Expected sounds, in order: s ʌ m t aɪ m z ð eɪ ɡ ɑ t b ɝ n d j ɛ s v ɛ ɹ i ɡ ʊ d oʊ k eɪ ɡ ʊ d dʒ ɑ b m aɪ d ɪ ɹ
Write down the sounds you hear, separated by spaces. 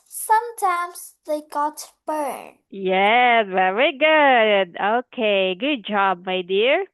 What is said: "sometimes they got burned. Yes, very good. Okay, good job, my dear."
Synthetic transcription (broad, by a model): s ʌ m t aɪ m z ð eɪ ɡ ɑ t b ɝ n j ɛ s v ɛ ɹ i ɡ ʊ d oʊ k eɪ ɡ ʊ d dʒ ɑ b m aɪ d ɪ ɹ